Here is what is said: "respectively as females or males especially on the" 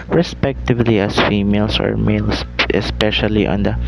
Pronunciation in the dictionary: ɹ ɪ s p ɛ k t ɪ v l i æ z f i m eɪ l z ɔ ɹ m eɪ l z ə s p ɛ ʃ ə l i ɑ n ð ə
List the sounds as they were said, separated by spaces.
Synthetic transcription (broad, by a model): ɹ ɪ s p ɛ k t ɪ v l i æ s f i m eɪ l s ɔ ɹ m eɪ l s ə s p ɛ ʃ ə l i ɑ n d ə